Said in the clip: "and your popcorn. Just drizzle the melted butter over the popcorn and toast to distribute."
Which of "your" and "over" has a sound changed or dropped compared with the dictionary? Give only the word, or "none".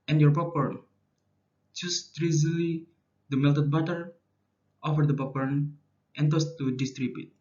over